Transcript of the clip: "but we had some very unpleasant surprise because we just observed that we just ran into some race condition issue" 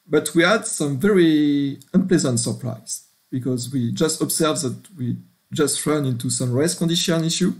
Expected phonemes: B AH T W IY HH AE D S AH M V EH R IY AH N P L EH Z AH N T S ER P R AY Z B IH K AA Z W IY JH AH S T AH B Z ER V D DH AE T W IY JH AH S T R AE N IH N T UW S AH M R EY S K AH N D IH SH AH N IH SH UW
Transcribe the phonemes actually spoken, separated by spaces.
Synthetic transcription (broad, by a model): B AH T W IY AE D S AH M V EH R IY AH N P L EH Z AH N T S ER P R AY Z B IH K AA Z W IY JH AH S T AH B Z ER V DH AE T W IY JH AH S T R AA N IH N T UW S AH M R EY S K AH N D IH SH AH N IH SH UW